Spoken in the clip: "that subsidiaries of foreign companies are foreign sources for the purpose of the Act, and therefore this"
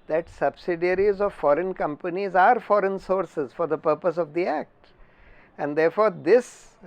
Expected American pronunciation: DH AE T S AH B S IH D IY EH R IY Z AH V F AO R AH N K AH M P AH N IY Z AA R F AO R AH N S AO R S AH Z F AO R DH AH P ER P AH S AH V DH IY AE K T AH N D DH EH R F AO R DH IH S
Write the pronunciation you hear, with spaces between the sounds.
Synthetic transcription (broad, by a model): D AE T S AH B S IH D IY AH R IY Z AH V F AO R AH N K AH M P AH N IY Z AA R F AO R AH N S AO R S AH Z F AO R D AH P ER P AH S AH V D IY AE K T AH N D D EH R F AO R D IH S